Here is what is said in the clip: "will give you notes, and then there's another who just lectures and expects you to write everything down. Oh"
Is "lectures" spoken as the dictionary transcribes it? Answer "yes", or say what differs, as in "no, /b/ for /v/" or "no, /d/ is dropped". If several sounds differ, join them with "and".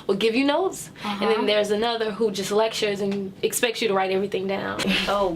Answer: yes